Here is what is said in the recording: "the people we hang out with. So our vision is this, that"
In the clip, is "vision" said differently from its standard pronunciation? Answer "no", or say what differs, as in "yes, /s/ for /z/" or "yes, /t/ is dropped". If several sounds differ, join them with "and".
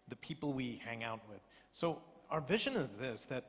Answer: no